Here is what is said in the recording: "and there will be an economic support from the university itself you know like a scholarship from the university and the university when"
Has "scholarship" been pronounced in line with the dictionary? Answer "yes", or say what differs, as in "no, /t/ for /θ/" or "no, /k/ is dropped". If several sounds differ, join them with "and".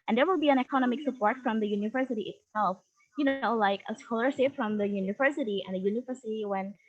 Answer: no, /s/ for /ʃ/